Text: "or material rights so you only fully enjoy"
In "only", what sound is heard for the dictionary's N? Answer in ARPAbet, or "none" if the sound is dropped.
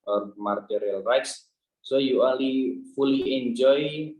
none